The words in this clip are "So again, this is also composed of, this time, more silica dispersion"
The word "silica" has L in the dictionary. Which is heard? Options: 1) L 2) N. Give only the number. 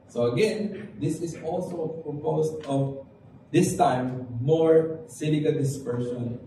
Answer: 2